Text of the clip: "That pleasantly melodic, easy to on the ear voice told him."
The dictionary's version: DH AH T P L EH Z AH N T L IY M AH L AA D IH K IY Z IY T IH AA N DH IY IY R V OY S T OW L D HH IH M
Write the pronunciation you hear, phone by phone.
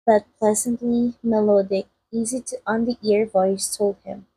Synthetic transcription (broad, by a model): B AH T P L EH Z AH N T L IY M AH L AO D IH K IY Z IY T IH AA N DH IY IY R V OY S T OW L D HH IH M